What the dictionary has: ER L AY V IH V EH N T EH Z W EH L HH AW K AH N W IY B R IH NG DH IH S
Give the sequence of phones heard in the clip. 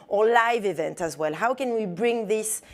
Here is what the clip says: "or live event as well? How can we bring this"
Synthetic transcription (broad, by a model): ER L AY V IH V EH N T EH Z W EH L HH AW K AH N W IY B R IH NG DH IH S